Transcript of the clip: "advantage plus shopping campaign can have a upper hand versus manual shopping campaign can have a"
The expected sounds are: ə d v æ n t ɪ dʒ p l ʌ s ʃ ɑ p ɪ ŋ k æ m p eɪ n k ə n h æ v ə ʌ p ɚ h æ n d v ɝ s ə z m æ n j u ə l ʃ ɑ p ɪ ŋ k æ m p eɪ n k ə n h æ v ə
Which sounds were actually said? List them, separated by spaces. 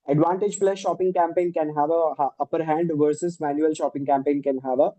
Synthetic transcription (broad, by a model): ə d v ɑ n t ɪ dʒ f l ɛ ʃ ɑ p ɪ ŋ k æ m p eɪ n k ə n h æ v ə ʌ p ɚ h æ n d v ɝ s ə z m æ n j u ə l ʃ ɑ p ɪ ŋ k æ m p eɪ n k ə n h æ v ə